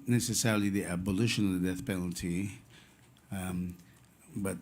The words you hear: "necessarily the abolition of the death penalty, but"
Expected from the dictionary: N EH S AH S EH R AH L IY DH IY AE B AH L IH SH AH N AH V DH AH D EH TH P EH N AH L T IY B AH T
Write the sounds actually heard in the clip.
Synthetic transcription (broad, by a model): N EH S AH S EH R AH L IY DH IY AE B AH L IH SH AH N AH V DH AH D EH TH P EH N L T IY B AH T